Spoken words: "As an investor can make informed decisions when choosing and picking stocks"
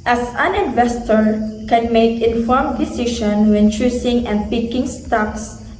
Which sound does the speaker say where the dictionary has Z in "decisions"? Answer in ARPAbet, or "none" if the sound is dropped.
none